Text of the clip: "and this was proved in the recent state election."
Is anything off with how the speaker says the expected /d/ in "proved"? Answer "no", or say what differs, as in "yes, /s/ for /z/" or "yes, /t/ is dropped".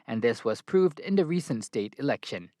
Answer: no